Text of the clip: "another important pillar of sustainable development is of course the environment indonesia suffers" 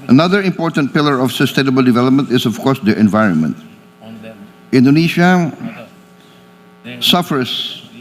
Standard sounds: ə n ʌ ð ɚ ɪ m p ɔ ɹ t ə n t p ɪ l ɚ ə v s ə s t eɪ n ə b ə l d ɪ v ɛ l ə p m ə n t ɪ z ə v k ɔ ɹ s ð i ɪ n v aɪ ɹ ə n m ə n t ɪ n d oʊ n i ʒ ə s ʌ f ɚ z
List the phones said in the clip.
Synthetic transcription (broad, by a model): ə n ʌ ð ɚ ɪ m p ɔ ɹ t ə n t p ɪ l ɚ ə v s ə s t eɪ n ə b ə l d ɪ v ɛ l ə p m ə n t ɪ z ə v k ɔ ɹ s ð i ɪ n v aɪ ɹ ə n m ə n t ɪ n d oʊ n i ʃ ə s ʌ f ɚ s